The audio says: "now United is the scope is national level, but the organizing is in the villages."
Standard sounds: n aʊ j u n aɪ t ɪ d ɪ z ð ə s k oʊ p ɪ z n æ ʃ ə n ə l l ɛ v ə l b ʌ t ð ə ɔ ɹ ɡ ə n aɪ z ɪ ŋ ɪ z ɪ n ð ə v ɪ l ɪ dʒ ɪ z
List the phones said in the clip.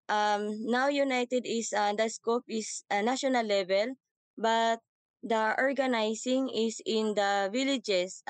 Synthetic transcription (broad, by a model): n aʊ j u n aɪ t ɪ d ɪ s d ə s k oʊ p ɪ s n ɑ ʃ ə n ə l l ɛ v ə l b ʌ t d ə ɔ ɹ ɡ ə n aɪ s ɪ ŋ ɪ s ɪ n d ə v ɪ l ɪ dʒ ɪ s